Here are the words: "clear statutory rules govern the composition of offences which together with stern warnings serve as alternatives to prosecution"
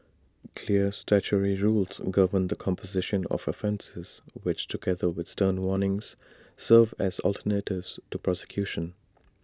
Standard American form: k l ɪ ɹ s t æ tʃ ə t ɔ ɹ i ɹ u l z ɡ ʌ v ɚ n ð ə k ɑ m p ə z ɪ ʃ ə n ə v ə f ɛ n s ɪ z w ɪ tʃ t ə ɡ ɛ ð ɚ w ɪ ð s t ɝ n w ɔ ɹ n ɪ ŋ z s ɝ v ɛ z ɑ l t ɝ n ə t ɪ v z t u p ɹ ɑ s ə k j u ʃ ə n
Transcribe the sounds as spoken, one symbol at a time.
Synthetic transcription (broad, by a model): k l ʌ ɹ s t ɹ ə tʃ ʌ ɹ i ɹ u l z ɡ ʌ v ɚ n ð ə k ɑ m p ə z ɪ ʃ ə n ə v ə f ɛ n s ɪ z w ɪ tʃ t ə ɡ ɛ ð ɚ w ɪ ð s t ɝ n w ɔ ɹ n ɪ ŋ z s ɝ v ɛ z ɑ l t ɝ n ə t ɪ v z t u p ɹ ɑ s ə k j u ʃ ə n